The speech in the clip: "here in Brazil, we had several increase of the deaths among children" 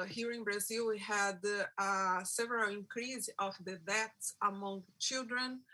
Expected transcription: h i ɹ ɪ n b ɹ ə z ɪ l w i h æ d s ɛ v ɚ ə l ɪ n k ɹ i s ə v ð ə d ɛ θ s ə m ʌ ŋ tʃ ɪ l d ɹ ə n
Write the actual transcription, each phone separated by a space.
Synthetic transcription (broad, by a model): h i ɹ ɪ n b ɹ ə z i l w i h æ d s ɛ v ɚ ə l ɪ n k ɹ i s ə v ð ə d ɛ t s ə m ʌ ŋ tʃ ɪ l d ɹ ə n